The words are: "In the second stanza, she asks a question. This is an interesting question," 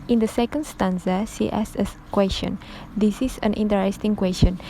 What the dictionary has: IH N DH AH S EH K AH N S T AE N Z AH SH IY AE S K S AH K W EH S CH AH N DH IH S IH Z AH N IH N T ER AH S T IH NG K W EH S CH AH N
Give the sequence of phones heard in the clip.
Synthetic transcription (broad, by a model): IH N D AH S EH K AH N S T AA N S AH S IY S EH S AH K W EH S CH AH N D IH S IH S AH N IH N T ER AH S T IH NG K W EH S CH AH N